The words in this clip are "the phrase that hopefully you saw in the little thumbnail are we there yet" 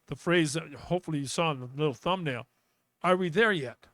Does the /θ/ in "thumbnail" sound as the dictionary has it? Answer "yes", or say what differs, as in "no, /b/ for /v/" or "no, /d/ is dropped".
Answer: yes